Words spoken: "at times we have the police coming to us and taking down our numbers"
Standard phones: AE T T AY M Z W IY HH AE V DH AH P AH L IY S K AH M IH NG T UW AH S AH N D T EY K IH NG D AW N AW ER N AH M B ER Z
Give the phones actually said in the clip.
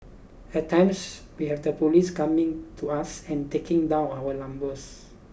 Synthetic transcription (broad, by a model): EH T T AY M S W IY HH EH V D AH P AH L IY S K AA M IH NG T UW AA S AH N T EY K IH NG D AW N AW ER L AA M B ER S